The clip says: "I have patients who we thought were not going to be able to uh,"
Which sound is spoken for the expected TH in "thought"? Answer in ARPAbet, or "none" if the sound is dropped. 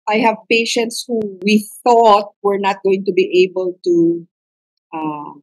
TH